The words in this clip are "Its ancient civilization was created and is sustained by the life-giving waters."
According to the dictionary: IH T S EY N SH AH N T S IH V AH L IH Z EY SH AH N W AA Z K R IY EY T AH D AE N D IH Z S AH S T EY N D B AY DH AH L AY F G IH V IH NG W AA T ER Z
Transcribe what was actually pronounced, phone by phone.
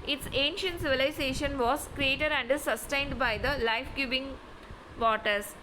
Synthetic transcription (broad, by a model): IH T S EY N SH AH N T S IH V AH L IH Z EY SH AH N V AA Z K R IY EY T AH D AE N D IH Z S AH S T EY N D B AY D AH L AY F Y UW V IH NG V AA T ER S